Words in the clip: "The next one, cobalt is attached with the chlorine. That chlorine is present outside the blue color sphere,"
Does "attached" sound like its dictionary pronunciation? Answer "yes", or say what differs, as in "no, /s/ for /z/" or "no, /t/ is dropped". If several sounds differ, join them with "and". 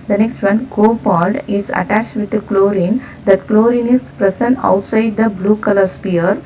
yes